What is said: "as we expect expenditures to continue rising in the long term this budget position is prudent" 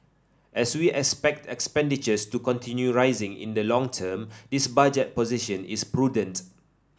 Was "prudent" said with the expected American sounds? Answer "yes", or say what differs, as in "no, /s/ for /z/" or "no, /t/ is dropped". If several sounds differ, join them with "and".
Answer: yes